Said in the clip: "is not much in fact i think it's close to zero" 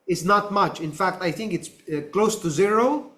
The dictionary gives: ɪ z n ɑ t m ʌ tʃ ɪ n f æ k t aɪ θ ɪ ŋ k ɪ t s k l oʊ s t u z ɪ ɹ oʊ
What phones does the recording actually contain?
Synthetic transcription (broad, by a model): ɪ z n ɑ t m ʌ tʃ ɪ n f æ k t aɪ θ ɪ ŋ k ɪ t s k l oʊ s t u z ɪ ɹ oʊ